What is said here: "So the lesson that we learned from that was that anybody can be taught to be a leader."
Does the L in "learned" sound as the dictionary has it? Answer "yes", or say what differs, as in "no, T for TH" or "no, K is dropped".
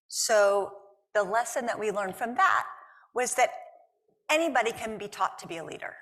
yes